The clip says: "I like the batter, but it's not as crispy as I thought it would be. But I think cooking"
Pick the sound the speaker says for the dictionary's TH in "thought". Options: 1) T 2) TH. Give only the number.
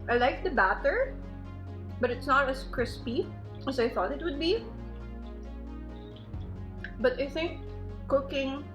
2